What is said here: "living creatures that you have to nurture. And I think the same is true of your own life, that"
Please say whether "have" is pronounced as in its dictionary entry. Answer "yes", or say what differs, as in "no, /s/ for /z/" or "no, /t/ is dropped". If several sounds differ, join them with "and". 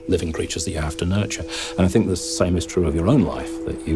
no, /f/ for /v/